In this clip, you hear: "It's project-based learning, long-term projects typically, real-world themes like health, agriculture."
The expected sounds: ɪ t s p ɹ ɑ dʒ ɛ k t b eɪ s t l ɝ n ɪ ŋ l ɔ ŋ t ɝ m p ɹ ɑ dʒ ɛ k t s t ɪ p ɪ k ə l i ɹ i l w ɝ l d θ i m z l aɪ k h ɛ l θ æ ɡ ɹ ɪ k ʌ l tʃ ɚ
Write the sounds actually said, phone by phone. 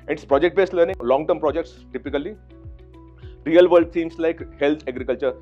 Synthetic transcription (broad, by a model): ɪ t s p ɹ ɑ dʒ ɛ k t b eɪ s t l ɝ n ɪ ŋ l ɔ ŋ t ɝ m p ɹ ɑ dʒ ɛ k t s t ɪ p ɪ k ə l i ɹ i l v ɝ l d s i m s l aɪ k h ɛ l t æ ɡ ɹ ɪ k ʌ l tʃ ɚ